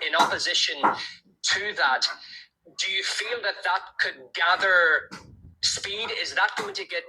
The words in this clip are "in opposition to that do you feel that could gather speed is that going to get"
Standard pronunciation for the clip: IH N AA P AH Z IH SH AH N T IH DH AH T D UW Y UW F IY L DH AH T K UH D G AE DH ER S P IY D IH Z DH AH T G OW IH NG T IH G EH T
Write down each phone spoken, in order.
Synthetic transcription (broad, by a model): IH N AA P AH Z IH SH AH N T IH DH AH T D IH Y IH F IY L DH AH T K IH D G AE DH ER S P IY D IH Z DH AH T G OW IH NG T IH G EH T